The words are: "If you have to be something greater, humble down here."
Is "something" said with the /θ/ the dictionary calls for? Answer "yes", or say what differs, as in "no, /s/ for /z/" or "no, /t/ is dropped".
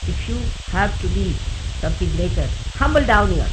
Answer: no, /f/ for /θ/